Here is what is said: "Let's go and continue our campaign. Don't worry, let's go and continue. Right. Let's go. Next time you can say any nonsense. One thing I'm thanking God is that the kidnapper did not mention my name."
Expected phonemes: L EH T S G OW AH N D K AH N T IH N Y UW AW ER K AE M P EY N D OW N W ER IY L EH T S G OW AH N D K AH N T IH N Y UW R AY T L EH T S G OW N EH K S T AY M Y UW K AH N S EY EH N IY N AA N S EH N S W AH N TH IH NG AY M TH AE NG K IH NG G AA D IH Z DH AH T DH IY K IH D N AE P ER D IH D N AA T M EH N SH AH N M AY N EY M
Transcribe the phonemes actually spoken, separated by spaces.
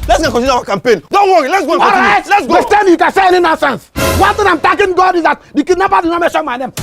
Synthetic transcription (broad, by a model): L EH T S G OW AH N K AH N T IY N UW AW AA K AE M P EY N D OW N W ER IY L EH T S G OW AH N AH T R AY T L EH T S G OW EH S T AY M Y UW K AH N S EY EH N IY N AA N S EH N S W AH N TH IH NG AY M T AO K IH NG G AA D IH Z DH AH T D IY K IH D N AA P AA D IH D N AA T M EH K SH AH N M AY N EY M